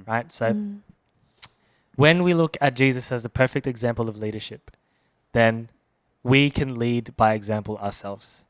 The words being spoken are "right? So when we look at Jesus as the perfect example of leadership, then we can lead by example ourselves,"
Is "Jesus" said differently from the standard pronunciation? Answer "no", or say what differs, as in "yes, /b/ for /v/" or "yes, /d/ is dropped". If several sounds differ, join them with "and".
no